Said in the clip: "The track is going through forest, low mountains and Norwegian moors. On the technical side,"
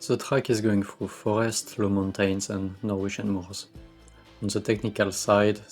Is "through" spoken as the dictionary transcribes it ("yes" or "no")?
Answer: no